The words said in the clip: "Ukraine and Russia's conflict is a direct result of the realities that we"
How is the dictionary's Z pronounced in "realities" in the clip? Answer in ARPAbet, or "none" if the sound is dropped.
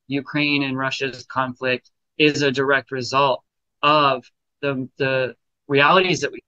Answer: Z